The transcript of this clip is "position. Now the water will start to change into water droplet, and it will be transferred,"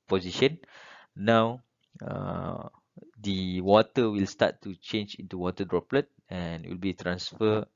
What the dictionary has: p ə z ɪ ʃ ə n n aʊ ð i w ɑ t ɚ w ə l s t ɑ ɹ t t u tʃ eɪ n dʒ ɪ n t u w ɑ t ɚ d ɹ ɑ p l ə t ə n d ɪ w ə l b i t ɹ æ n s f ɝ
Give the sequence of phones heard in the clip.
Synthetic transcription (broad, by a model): p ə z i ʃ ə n n aʊ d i w ɑ t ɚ w ə l s t ɑ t t u tʃ eɪ n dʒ ɪ n t u w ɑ t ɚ d ɹ ɑ p l ə t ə n w ə l b i t ɹ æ n s f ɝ